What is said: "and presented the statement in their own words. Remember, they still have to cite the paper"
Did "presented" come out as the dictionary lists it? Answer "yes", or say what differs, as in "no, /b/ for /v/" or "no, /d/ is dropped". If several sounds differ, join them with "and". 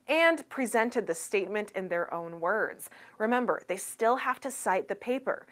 yes